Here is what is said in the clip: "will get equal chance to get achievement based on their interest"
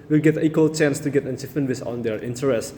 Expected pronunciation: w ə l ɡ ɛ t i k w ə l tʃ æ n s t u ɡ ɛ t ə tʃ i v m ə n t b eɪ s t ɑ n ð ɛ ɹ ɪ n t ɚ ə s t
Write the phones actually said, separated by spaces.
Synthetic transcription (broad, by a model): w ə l ɡ ɛ t i k w ə l tʃ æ n s t u ɡ ɛ t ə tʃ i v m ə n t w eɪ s ɑ n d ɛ ɹ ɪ n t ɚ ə s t